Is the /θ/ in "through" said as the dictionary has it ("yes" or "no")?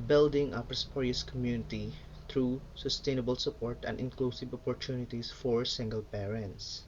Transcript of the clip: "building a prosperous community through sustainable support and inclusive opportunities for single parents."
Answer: no